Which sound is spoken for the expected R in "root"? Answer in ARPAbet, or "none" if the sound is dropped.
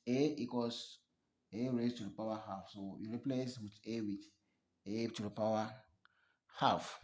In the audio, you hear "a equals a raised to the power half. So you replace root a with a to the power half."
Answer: W